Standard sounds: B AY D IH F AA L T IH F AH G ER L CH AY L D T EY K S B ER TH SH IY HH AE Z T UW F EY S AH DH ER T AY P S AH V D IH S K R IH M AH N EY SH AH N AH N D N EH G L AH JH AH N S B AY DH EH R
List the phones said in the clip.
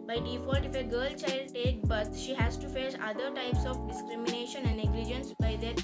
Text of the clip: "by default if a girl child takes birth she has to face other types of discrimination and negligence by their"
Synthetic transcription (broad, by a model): B AY D IH F AA L T IH F AH G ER L CH AY L D T EY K B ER T SH IY HH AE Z T UW F EY S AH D ER T AY P S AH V D IH S K R IH M AH N EY SH AH N AH N D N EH G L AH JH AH N S B AY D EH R